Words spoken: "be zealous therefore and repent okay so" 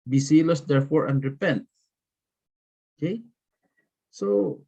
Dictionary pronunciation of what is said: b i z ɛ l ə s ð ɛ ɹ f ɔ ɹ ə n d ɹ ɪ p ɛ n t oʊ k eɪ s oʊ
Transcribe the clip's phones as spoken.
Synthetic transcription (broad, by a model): b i s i l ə s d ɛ ɹ f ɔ ɹ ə n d ɹ ɪ p ɛ n t oʊ k eɪ s oʊ